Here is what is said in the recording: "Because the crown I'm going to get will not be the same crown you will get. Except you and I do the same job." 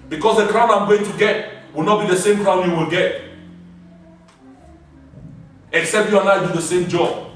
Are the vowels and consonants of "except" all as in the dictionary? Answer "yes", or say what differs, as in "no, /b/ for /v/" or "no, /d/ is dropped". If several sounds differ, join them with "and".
yes